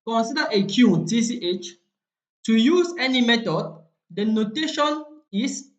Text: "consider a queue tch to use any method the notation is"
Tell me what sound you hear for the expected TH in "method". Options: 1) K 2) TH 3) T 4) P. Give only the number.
3